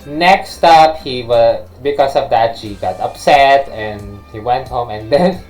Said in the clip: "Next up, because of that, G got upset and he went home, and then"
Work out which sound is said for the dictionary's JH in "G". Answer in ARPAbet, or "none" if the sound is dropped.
SH